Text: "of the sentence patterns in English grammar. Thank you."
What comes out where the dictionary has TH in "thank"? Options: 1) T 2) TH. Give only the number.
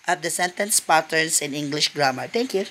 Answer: 1